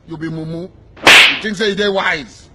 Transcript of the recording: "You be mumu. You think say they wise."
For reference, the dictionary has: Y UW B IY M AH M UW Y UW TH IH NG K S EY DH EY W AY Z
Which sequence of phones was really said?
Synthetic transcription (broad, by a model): Y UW B IY M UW M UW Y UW T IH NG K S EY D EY W AY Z